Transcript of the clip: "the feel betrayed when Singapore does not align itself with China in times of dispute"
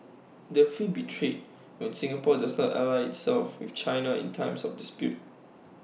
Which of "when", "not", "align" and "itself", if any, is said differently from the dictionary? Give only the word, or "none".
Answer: align